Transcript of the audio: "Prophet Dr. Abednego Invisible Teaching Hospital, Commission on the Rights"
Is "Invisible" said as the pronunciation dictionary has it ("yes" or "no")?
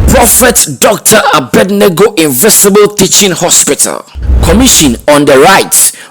no